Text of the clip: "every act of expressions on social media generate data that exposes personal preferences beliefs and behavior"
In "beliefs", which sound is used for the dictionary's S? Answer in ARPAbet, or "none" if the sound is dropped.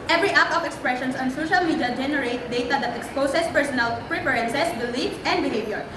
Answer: none